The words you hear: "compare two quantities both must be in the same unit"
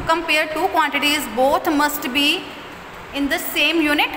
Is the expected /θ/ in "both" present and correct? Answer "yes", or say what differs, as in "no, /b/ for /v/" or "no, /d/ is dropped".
no, /t/ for /θ/